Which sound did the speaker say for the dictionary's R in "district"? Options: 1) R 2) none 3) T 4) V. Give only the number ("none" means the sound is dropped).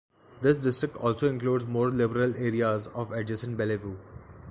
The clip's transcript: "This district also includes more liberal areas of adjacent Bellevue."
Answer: 1